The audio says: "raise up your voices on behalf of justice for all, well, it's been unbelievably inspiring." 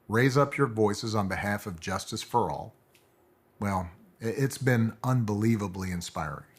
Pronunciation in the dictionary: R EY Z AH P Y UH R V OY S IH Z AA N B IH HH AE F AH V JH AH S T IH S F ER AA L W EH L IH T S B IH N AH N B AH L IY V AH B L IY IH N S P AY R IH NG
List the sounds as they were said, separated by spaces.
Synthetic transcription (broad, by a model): R EY Z AH P Y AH R V OY S IH Z N B IH HH AE F AH V JH AH S T IH S F ER AA L W EH L IH T S B IH N AH N B AH L IY V AH B L IY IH N S P AY R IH NG